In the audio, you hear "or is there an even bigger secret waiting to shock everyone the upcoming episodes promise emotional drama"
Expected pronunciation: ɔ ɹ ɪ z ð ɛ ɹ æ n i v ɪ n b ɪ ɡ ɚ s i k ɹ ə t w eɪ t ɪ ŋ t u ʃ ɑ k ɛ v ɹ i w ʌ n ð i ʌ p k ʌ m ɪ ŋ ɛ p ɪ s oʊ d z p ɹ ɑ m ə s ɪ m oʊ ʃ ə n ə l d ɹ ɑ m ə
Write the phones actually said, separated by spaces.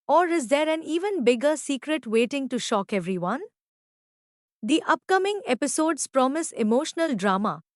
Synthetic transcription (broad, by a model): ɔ ɹ ɪ z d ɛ ɹ æ n i v ɪ n b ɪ ɡ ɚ s i k ɹ ə t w eɪ t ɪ ŋ t u ʃ ɑ k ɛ v ɹ i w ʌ n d i ʌ p k ʌ m ɪ ŋ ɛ p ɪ s oʊ d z p ɹ ɑ m ə s ɪ m oʊ ʃ ə n ə l d ɹ ɑ m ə